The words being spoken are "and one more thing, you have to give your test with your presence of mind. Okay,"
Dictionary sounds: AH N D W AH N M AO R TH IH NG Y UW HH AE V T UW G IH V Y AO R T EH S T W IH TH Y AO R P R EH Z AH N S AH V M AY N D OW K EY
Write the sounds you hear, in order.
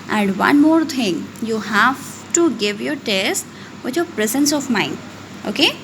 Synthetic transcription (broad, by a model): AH N D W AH N M AO R T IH NG Y UW HH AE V T UW G IH V Y AO R T EH S T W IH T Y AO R P R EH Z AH N S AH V M AY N OW K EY